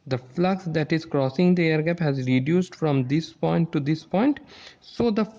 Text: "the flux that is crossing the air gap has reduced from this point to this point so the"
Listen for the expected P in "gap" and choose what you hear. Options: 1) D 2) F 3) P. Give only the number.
3